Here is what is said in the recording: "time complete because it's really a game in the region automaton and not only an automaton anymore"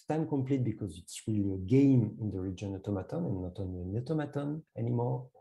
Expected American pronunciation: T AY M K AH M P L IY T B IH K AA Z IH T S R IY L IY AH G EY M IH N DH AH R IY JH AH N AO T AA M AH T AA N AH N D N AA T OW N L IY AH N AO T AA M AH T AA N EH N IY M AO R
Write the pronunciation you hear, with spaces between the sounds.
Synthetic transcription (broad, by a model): T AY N K AH M P L IY T B IH K AA Z IH T S R IY L IY AH G EY M IH N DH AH R IY JH AH N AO T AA M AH T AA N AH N N AA T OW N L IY AH N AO T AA M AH T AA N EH N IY M AO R